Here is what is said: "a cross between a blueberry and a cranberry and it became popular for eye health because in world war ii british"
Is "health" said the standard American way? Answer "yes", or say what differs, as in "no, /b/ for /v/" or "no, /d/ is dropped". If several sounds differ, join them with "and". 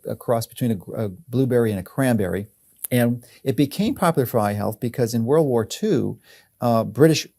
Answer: yes